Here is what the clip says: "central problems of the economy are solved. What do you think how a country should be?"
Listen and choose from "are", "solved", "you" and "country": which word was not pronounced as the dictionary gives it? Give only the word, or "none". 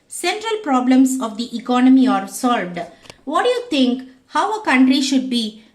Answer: none